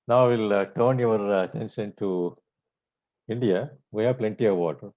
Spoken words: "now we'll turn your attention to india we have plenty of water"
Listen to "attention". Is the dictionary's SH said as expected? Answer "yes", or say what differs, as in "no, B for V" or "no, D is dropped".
no, S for SH